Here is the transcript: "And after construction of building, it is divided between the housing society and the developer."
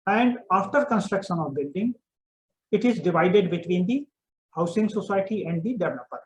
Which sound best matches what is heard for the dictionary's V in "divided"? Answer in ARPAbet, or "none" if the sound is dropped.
V